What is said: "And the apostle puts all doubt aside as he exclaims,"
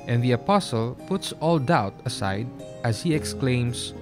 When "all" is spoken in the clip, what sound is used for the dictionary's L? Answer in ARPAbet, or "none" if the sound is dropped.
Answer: L